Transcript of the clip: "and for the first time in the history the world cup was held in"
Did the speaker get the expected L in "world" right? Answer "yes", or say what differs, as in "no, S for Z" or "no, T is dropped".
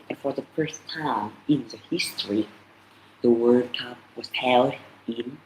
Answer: no, L is dropped